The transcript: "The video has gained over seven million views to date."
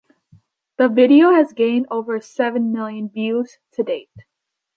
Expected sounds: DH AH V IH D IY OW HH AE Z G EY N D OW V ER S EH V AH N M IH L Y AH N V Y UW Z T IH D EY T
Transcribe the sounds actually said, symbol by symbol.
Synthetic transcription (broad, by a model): DH AH V IH D IY OW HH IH Z G EY N D OW V ER S EH V AH N M IH L Y AH N V Y UW Z T IH D EY T